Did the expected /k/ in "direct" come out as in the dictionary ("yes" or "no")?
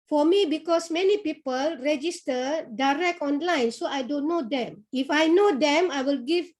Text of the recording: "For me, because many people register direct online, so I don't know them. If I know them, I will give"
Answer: yes